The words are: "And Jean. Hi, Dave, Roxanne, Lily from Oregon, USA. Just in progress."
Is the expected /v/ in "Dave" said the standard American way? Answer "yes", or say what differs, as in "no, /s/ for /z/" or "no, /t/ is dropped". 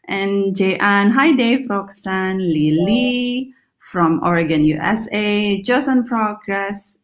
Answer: no, /f/ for /v/